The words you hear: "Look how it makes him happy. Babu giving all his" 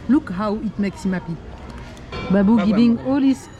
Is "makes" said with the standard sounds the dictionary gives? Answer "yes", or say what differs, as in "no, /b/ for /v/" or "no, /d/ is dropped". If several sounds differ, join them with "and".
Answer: yes